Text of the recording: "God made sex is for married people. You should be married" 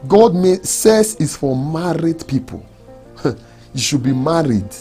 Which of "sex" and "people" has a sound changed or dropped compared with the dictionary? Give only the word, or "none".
sex